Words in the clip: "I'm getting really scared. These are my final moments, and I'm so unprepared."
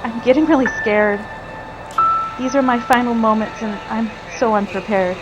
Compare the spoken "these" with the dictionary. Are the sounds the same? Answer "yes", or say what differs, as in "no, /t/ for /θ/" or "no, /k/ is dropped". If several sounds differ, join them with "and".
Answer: yes